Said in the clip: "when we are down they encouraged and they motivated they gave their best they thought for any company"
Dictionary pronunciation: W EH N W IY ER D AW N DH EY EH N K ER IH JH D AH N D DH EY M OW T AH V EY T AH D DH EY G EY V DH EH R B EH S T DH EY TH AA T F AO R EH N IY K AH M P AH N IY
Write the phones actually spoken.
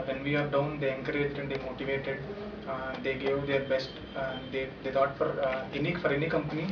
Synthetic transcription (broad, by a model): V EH N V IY ER D AW N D EY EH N K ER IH JH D AH N D EY M OW T AH V EY T AH D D EY G EY V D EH R B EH S T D EY F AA T F AO R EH N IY K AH M P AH N IY